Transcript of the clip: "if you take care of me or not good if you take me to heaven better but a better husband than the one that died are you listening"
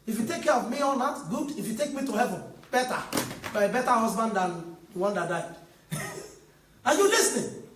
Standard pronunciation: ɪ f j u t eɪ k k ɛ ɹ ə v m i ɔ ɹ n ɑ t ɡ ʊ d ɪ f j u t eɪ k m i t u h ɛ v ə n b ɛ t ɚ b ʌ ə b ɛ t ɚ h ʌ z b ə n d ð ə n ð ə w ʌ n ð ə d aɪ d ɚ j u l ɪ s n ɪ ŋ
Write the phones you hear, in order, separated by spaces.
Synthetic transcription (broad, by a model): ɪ f j u t eɪ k k ɛ ɹ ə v m i ɔ l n ɑ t ɡ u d ɪ f j u t eɪ k m i t u h ɛ v ə n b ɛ t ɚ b ə b ɛ t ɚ h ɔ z b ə n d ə n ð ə w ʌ n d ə d aɪ d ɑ j u l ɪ s n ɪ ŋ